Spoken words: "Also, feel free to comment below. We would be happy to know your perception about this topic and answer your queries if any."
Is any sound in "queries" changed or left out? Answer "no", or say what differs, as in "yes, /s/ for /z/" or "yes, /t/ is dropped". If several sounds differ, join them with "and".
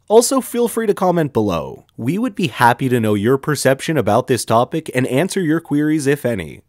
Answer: no